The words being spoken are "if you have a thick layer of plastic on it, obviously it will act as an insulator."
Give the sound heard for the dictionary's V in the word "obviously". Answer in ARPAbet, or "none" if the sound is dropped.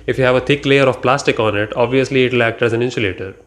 V